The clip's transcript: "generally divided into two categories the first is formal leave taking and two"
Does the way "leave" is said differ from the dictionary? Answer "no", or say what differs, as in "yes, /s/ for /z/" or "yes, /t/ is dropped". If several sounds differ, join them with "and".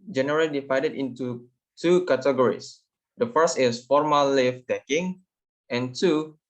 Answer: yes, /f/ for /v/